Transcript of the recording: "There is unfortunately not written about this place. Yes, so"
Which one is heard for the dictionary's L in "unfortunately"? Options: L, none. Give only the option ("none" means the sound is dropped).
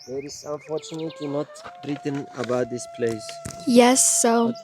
none